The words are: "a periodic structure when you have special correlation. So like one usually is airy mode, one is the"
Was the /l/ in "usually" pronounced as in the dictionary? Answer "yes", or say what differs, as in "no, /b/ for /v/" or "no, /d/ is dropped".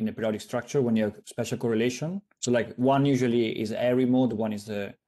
yes